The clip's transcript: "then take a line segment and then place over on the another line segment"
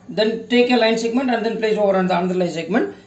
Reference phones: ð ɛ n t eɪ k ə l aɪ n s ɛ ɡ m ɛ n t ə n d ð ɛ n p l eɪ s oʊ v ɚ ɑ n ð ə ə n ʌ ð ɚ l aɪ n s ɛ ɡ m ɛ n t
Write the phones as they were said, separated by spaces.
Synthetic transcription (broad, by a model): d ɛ n t eɪ k ə l aɪ n s ɛ ɡ m ɛ n t ə n d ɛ n p l eɪ s oʊ v ɚ ɑ n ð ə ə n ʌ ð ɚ l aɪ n s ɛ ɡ m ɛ n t